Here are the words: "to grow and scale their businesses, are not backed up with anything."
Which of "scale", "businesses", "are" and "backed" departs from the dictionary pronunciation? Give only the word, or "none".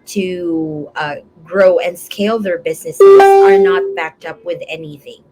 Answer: none